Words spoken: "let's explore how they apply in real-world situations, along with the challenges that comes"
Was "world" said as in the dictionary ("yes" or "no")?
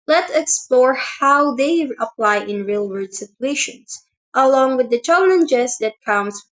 no